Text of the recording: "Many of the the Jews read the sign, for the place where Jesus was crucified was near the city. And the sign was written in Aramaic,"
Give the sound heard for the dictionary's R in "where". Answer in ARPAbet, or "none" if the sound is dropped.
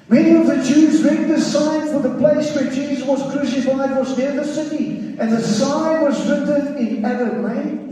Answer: R